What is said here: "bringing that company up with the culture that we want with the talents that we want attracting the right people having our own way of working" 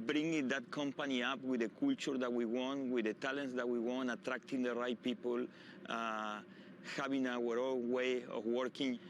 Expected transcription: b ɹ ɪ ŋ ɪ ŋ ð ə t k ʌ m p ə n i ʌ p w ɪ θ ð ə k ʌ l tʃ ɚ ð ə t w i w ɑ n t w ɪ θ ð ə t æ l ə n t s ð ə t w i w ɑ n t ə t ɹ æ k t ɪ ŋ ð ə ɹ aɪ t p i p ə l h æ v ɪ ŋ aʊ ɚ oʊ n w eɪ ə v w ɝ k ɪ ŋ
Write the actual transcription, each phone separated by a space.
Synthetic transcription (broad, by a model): b ɹ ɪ ŋ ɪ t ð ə t k ʌ m p ə n i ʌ p w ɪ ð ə k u l tʃ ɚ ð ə t w i w ɑ n t w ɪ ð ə t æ l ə n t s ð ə t w i w ɑ n t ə t ɹ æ k t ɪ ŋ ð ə ɹ aɪ t p i p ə l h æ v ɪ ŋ aʊ ɚ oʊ l w eɪ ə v w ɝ k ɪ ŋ